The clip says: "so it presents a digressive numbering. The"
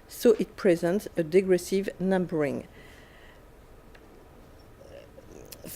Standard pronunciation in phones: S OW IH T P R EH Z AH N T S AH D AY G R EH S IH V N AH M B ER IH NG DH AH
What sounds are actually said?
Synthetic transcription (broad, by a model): S OW IH T P R EH Z AH N T S AH D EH G R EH S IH V N AH M B ER IH NG